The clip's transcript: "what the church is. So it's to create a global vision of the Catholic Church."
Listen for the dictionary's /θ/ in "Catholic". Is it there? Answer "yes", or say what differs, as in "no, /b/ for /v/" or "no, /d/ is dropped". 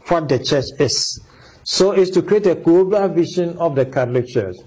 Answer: no, /t/ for /θ/